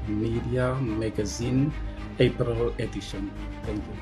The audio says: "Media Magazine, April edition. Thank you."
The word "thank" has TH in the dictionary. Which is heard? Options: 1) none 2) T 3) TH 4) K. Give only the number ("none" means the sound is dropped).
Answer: 2